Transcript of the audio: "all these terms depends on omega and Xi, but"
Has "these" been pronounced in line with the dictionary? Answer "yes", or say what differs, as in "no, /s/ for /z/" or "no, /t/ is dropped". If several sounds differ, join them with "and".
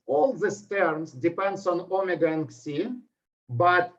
no, /s/ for /z/